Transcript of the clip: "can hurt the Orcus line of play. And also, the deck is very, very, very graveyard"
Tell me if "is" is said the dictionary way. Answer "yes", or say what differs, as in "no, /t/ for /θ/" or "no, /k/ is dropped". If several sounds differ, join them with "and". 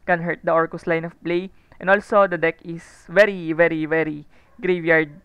no, /s/ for /z/